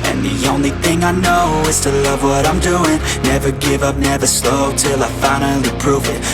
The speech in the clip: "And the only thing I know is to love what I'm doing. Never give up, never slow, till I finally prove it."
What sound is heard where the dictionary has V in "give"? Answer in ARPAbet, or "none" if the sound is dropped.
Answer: V